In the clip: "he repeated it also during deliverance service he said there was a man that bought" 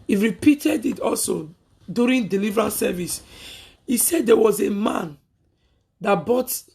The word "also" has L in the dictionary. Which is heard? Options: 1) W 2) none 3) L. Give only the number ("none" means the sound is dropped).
3